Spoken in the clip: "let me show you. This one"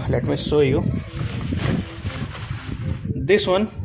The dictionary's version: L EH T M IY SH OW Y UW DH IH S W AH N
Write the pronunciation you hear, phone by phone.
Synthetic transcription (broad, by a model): L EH T M IY S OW Y UW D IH S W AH N